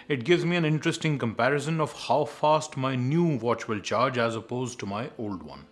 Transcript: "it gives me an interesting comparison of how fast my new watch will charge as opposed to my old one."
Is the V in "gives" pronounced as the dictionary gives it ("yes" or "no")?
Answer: yes